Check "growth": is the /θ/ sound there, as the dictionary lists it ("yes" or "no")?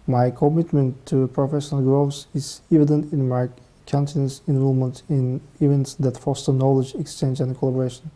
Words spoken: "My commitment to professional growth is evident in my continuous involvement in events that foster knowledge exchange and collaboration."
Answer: no